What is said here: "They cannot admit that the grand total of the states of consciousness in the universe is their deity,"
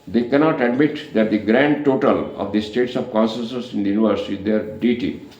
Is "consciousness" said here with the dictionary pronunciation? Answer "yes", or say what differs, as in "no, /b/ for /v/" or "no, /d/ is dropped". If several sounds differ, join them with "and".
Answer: no, /s/ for /ʃ/